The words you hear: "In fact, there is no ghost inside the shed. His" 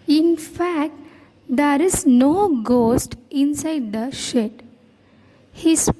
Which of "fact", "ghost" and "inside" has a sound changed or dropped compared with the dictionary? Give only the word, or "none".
none